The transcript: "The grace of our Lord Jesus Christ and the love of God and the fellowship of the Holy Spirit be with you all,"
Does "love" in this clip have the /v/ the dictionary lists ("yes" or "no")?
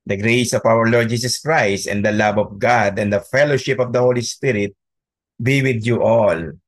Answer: no